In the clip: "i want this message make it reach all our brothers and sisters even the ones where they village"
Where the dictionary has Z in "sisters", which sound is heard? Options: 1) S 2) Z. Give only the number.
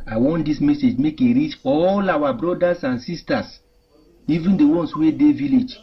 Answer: 1